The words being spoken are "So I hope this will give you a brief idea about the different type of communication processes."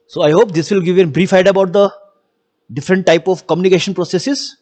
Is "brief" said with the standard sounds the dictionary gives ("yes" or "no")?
yes